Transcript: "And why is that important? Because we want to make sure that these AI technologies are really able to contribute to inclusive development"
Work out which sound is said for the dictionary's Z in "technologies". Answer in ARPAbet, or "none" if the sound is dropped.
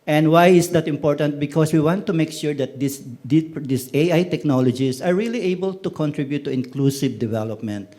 S